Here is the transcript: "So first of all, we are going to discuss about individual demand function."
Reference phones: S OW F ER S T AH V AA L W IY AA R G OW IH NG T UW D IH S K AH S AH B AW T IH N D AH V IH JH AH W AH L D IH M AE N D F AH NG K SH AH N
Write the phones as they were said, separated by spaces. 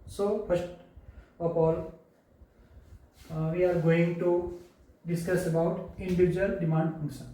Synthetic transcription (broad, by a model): S OW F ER S T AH P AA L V IY AA R G OW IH NG T UW D IH S K AH S AH B AW T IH N D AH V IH JH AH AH L D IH M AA N D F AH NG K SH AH N